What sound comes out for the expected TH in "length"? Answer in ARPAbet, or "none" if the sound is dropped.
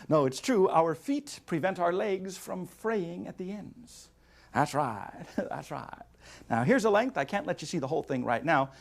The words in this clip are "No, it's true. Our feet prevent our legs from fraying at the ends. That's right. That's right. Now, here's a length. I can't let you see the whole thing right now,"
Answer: TH